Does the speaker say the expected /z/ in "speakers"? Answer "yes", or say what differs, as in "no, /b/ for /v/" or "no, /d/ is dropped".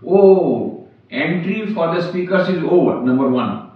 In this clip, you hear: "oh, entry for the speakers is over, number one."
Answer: no, /s/ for /z/